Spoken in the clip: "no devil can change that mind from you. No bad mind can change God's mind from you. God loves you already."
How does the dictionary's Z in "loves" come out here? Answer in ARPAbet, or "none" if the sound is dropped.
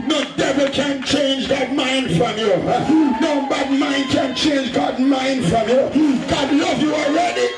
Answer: none